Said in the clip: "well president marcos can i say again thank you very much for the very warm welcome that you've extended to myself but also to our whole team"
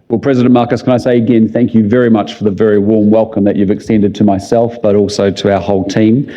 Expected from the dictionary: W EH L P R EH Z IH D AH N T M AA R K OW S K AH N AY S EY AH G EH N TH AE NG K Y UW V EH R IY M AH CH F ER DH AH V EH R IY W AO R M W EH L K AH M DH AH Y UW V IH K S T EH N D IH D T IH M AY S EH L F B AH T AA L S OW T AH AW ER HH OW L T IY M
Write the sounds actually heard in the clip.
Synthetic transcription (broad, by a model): W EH L P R EH Z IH D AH N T M AA R K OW S K AH N AY S EY AH G EH N TH AE NG K Y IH V EH R IY M AH CH F ER DH AH V EH R IY W AO R M W EH L K AH M DH AH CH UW V IH K S T EH N D IH D T IH M AY S EH L F B AH T AA L S OW T AH AW ER HH OW L T IY M